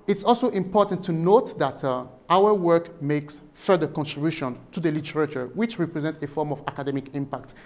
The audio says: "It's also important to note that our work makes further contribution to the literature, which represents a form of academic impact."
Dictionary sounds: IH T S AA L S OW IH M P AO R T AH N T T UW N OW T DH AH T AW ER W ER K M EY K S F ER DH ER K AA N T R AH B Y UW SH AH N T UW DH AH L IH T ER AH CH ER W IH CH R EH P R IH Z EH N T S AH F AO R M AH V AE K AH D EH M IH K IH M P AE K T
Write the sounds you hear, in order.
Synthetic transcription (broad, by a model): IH T S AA L S OW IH M P AO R T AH N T T UW N OW T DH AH T AW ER W ER K M EY K S F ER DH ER K AA N T R AH B Y UW SH AH N T UW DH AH L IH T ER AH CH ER W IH CH R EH P R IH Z EH N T AH F AO R M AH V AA K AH D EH M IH K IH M P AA K T